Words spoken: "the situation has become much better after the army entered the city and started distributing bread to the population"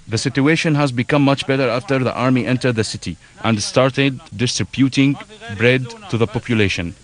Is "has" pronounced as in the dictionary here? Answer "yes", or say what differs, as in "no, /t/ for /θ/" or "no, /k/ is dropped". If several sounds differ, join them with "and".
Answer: yes